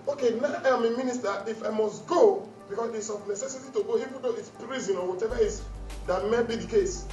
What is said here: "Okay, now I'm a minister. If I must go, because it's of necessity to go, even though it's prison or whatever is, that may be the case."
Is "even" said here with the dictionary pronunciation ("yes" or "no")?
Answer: no